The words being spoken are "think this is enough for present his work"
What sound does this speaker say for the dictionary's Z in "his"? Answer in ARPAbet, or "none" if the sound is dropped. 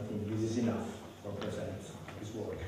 S